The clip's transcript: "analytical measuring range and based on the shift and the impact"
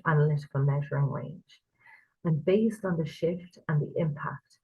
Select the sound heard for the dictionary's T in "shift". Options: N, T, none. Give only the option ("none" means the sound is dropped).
T